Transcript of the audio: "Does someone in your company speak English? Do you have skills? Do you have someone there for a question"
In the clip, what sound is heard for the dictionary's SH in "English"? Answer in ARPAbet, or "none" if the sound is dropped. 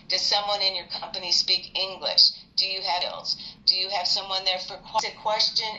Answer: SH